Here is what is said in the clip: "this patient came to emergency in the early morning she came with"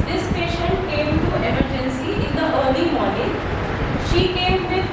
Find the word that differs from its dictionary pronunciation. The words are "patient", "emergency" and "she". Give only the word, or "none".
none